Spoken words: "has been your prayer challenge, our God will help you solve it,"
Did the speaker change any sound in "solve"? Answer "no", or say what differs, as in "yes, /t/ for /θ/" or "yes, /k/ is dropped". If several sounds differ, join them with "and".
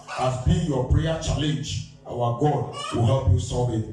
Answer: yes, /l/ is dropped